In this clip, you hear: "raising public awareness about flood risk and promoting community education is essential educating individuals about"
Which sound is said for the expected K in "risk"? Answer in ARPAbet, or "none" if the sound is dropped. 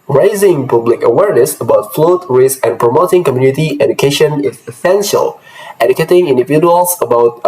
none